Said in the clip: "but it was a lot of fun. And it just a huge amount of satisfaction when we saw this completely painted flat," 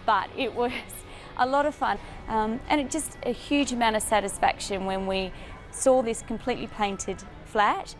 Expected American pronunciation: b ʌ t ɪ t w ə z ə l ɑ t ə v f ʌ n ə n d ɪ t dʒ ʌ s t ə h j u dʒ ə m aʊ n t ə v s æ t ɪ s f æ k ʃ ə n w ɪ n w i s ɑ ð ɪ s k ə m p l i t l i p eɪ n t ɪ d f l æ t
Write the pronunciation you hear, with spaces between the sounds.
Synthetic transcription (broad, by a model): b ʌ t ɪ t w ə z ə l ɑ t ə v f ʌ n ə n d ɪ t dʒ ʌ s t ə h j u dʒ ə m aʊ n t ə v s æ t ɪ s f æ k ʃ ə n w ɪ n w i s ɑ ð ɪ s k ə m p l i t l i p eɪ n t ɪ d f l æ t